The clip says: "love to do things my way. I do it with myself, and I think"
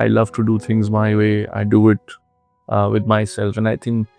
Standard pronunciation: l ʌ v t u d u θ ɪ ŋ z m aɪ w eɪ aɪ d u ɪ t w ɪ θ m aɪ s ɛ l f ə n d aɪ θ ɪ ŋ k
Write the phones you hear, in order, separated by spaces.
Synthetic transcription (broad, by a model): l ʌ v t u d u t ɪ ŋ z m aɪ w eɪ aɪ d u ɪ t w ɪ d m aɪ s ɛ l f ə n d aɪ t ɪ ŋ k